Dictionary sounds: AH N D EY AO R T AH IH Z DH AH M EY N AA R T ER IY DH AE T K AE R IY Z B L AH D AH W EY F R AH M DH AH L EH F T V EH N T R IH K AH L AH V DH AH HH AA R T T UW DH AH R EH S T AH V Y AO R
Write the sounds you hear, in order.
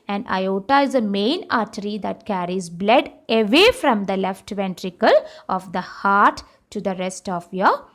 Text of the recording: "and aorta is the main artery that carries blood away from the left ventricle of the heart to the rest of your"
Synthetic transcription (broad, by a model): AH N D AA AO T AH IH Z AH M EY N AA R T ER IY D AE T K AE R IY Z B L AH D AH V EY F R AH M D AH L EH F T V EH N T R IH K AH L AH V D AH HH AA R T T UW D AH R EH S T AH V Y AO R